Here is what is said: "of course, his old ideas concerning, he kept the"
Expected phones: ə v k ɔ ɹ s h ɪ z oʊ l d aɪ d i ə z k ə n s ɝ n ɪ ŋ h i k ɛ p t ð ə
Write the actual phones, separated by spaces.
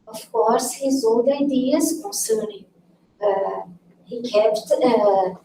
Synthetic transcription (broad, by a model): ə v k ɔ ɹ s h ɪ z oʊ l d aɪ d i ə z k ə n s ɝ n ɪ ŋ h i k ɛ p t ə